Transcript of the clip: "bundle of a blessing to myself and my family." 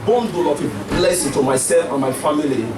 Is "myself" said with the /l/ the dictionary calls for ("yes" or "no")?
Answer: no